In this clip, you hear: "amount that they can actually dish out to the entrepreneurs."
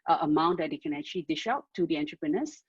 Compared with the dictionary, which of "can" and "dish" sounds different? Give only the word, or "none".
none